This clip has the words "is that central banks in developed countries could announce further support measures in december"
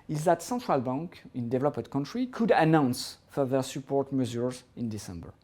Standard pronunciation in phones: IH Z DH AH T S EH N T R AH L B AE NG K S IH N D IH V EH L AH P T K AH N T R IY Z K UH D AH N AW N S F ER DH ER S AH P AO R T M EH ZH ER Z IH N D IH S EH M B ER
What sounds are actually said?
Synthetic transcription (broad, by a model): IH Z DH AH T S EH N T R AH L B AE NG K IH N D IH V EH L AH P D K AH N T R IY K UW D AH N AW N S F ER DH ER S AH P AO R T M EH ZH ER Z IH N D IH S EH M B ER